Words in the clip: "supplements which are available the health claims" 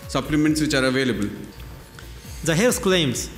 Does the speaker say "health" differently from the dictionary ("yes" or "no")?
yes